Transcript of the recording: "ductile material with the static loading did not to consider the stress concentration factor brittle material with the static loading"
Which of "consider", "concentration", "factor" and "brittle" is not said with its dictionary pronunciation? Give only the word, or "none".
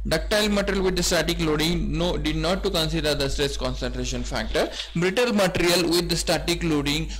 none